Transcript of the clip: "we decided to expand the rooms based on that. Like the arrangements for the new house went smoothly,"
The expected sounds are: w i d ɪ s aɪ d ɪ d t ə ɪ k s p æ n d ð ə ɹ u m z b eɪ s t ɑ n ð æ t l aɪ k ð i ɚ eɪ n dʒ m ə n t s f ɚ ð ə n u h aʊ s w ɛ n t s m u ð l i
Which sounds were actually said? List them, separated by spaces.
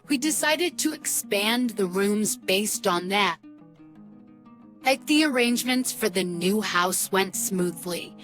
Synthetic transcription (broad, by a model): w i d ɪ s aɪ d ɪ d t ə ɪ k s p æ n ð ə ɹ u m z b eɪ s t n ð æ t l aɪ k ð i ɚ eɪ n dʒ m ə n t s f ɚ ð ə n u h aʊ s w ɛ n t s m u ð l i